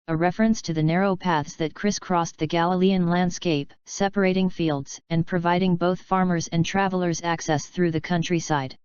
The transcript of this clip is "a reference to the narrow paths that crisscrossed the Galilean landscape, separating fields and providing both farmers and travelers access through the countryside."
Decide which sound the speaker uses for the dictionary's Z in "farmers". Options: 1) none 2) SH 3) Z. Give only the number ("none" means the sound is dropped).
3